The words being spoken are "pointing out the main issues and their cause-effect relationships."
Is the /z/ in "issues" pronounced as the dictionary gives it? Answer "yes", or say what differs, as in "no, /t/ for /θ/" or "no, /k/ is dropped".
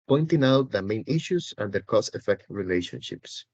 no, /s/ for /z/